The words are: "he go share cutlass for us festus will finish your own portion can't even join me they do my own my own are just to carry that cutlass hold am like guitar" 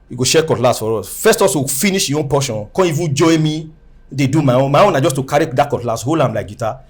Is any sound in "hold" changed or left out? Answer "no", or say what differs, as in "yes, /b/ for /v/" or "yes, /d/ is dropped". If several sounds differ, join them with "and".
yes, /d/ is dropped